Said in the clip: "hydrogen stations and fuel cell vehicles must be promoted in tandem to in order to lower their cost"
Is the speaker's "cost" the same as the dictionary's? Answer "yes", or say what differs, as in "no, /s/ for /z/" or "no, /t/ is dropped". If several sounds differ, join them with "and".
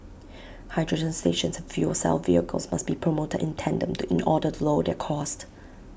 yes